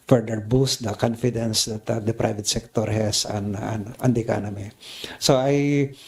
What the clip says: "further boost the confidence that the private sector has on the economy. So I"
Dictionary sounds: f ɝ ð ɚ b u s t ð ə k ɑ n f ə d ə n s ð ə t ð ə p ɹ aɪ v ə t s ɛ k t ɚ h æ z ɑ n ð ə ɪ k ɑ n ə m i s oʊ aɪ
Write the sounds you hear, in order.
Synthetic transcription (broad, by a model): f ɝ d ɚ b u s t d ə k ɑ n f ə d ə n s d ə t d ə p ɹ aɪ v ə t s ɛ k t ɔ h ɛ s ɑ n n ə ɪ k ɑ n ə m i s oʊ aɪ